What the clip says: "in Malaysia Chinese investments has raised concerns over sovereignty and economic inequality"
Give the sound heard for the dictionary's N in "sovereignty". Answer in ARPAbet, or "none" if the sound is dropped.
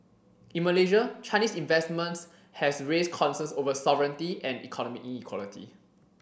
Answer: N